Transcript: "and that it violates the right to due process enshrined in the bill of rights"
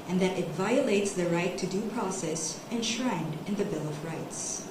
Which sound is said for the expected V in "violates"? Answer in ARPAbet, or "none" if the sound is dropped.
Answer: V